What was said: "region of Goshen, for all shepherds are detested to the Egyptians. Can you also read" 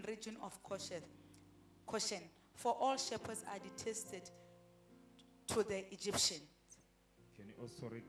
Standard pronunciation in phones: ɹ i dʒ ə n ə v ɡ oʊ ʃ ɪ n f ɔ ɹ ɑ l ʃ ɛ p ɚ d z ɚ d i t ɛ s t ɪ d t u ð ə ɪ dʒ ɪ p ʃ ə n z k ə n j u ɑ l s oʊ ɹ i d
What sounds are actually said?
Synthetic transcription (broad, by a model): ɹ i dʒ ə n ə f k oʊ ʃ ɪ n f ɔ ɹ ɑ l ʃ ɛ p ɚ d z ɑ d i t ɛ s t ɪ d t u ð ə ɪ dʒ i p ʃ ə n s k ə n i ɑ s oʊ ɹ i